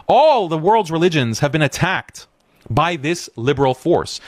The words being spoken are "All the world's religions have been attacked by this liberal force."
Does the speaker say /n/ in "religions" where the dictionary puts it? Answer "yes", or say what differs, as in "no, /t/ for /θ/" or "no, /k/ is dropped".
yes